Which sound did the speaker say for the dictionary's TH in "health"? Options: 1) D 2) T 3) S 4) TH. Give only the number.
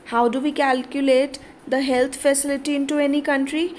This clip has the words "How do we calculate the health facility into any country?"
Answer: 2